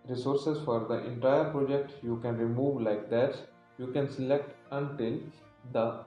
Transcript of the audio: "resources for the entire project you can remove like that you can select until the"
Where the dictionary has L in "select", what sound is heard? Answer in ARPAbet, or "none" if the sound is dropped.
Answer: L